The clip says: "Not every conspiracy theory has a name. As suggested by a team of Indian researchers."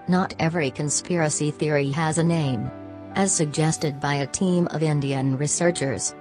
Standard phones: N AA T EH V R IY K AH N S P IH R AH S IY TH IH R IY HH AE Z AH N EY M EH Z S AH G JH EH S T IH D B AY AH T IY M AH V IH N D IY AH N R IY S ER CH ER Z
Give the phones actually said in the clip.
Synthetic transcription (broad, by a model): N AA T EH V R IY K AH N S P IH R AH S IY TH IH R IY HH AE Z AH N EY M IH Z S AH G JH EH S T IH D B AY AH T IY M AH V IH N D IY AH N R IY S ER CH ER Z